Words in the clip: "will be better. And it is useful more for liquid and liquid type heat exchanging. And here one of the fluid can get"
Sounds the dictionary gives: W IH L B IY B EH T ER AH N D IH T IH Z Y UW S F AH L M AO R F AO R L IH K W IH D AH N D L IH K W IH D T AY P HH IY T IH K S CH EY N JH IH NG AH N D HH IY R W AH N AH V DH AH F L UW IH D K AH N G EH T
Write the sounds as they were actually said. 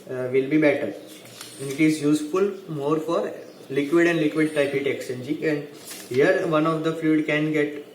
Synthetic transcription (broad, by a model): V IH L B IY B EH T ER AH N D IH T IH Z Y UW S F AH L M AO R F AO R L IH K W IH D AH N D L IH K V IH D T AY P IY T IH K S EY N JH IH AH N D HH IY R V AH N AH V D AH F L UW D K AH N G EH T